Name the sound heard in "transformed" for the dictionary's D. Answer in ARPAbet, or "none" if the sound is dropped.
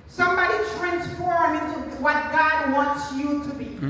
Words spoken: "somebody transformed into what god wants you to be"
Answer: none